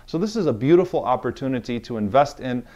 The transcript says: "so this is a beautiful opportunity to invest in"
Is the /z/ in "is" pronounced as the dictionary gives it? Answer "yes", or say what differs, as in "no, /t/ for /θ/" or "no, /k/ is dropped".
yes